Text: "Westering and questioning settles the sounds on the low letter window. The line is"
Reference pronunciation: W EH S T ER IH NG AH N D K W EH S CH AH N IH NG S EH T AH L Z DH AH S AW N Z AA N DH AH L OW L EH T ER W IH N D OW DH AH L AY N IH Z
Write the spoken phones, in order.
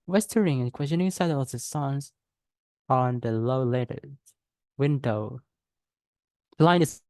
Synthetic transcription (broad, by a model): W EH S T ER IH NG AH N K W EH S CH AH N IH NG S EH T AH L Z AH S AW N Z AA N DH AH L OW L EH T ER W IH N D OW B L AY IH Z